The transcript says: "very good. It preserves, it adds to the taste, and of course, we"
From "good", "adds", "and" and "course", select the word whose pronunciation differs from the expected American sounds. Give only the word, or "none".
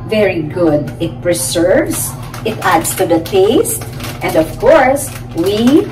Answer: adds